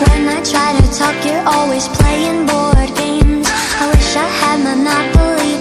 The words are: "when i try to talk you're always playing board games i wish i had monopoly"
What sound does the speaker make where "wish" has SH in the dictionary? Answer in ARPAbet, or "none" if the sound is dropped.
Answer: SH